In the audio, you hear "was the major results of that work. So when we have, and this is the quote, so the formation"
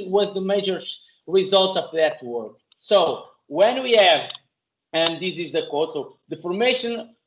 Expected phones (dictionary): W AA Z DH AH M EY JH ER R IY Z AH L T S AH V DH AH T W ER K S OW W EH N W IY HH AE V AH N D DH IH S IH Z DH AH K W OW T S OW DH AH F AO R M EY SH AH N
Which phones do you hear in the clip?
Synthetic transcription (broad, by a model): W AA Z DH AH M EY JH ER R IY Z AH L T S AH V DH AH T W ER K S OW W EH N W IY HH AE V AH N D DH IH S IH Z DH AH K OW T S OW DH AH F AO R M EY SH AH N